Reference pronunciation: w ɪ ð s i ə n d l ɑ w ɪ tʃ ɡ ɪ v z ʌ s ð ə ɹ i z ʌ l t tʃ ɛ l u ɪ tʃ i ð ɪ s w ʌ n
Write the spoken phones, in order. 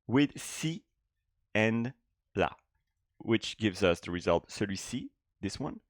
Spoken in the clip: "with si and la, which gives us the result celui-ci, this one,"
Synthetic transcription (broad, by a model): w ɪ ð s i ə n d l ɑ w ɪ tʃ ɡ ɪ v z ʌ s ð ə ɹ i z ʌ l t s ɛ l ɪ s i ð ɪ s w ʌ n